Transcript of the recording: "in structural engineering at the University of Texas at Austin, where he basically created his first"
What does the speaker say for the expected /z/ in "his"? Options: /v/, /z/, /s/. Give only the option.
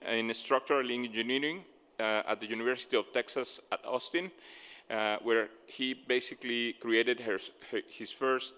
/s/